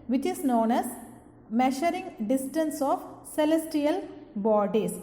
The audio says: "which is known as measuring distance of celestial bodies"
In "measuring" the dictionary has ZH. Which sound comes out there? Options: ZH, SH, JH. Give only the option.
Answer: SH